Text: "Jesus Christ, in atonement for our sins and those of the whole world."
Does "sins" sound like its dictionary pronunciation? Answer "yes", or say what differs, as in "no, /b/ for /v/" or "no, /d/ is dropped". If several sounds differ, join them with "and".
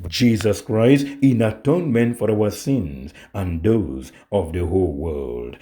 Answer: yes